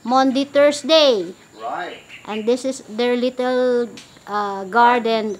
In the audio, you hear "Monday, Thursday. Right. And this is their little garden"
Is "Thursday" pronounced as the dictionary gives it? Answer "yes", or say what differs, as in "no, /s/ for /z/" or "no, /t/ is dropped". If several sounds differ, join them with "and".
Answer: no, /t/ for /θ/ and /s/ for /z/